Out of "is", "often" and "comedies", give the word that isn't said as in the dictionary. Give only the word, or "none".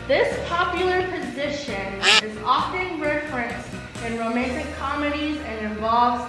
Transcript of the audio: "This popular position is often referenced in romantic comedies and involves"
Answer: none